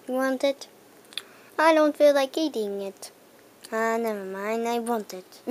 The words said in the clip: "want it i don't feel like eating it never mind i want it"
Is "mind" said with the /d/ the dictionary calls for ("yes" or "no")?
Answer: no